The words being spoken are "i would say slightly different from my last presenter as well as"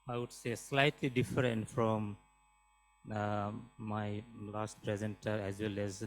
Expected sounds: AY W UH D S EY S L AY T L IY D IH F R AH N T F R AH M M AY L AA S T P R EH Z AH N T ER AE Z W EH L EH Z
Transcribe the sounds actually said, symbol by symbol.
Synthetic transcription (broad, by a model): AY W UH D S EY S L AY T L IY D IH F R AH N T F R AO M M AY L AA S T P R EH Z AH N T ER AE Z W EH L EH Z